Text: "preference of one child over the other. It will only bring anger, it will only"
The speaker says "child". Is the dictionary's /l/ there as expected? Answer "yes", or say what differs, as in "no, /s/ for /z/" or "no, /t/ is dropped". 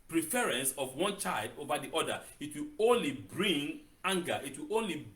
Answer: yes